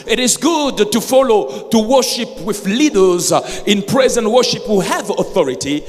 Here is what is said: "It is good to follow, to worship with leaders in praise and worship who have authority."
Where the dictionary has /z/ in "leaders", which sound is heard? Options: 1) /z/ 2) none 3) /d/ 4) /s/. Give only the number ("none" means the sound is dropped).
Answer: 1